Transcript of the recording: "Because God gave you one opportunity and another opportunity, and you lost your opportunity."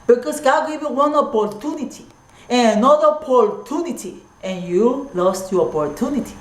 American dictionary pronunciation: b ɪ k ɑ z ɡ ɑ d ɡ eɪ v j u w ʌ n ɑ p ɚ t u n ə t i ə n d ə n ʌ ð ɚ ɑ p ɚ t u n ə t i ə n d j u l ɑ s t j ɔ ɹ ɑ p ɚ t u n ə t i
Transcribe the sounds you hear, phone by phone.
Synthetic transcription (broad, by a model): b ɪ k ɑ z ɡ ɑ d ɡ eɪ v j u w ʌ n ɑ p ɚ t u n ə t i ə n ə n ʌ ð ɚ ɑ p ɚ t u n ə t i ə n j u l ɑ s t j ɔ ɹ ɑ p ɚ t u n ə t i